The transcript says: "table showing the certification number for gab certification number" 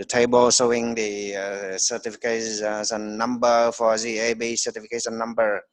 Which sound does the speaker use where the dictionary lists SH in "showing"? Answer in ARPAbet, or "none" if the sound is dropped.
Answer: S